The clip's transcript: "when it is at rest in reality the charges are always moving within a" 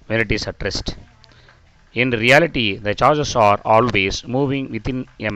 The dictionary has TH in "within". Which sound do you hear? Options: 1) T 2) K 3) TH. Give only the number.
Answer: 1